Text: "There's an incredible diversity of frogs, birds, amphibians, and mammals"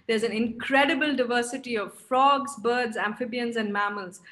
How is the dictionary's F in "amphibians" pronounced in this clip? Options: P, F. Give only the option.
F